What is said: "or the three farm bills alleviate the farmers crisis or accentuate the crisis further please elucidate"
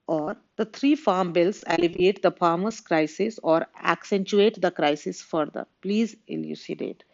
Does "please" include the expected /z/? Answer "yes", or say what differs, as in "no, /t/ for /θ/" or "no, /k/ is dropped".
yes